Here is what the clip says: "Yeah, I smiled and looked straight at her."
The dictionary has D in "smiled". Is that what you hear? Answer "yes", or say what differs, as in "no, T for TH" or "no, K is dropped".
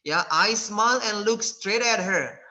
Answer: no, D is dropped